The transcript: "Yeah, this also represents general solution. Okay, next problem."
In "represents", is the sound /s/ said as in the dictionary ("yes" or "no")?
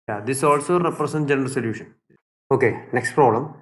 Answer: no